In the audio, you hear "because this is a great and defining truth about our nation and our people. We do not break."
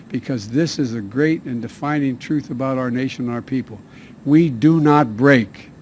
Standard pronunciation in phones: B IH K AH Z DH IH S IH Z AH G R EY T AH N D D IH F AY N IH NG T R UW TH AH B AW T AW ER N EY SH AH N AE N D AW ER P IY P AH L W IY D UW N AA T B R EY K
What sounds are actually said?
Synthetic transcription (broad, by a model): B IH K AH Z DH IH S IH Z AH G R EY T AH N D D IH F AY N IH NG T R UW TH AH B AW T AW ER N EY SH AH N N AW ER P IY P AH L W IY D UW N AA T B R EY K